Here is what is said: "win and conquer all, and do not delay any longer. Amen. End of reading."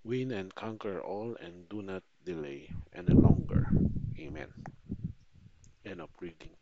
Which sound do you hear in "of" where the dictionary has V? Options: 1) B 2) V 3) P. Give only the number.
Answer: 3